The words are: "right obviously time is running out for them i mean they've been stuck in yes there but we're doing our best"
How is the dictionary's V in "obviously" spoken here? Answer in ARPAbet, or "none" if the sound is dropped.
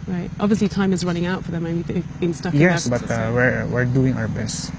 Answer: V